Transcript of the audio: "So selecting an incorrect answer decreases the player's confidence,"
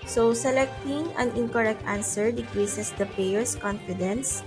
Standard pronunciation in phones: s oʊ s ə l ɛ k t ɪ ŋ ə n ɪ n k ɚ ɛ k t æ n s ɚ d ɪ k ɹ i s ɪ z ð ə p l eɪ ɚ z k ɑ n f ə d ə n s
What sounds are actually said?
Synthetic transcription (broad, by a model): s oʊ s ə l ɛ k t ɪ ŋ ə n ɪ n k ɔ ɛ k t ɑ n s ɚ d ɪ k ɹ i s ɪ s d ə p eɪ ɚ s k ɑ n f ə d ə n s